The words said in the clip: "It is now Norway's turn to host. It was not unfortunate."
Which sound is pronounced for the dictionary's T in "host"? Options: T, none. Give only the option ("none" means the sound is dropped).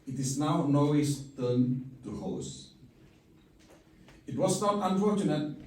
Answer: none